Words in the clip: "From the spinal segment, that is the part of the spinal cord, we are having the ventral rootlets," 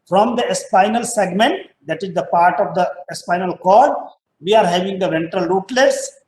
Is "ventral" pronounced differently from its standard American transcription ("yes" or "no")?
no